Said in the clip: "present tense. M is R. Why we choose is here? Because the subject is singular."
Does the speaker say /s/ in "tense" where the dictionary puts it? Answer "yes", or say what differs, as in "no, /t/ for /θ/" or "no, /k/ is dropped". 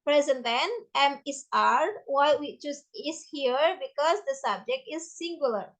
no, /s/ is dropped